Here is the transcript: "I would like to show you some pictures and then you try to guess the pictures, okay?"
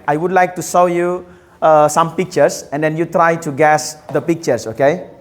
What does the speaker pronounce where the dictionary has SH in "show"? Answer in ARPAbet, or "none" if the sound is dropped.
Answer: S